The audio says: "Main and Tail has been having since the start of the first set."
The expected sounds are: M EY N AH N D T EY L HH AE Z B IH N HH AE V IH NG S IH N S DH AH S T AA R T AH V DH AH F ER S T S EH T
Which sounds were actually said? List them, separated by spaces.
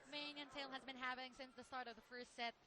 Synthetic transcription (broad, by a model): M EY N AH N T EY L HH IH Z B IH N HH AE P IH NG S IH N S DH AH S T AA R T AH V DH AH F ER S T S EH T